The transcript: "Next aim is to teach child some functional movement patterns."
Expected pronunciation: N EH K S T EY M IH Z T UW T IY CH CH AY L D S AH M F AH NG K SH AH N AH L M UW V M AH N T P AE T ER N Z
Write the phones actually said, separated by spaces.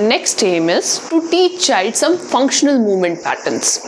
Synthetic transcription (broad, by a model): N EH K S T EY M IH Z T UW T IY CH CH AY L D S AH M F AH NG K SH AH N AH L M UW V M AH N T P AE T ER N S